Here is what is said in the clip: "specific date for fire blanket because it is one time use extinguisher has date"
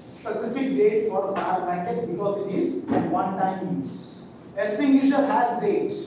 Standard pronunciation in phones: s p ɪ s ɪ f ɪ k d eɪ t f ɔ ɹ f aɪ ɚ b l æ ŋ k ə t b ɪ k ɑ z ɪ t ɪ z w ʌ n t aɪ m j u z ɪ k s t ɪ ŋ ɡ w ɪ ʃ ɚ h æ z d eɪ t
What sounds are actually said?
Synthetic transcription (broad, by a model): s p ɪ s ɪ f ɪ k d eɪ t f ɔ ɹ f aɪ ɚ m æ k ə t b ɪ k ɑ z ɪ t ɪ z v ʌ n t aɪ m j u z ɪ s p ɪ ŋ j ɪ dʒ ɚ h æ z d eɪ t